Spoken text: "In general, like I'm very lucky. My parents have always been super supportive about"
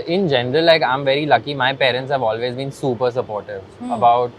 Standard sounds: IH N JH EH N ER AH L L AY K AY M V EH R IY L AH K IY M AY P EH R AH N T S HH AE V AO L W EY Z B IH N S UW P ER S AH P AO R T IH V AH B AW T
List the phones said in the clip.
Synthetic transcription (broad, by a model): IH N JH EH N ER AH L L AY K AY M V EH R IY L AH K IY M AY P EH R AH N T S HH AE V AO L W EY Z B IH N S UW P ER S AH P AO R T IH V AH B AW T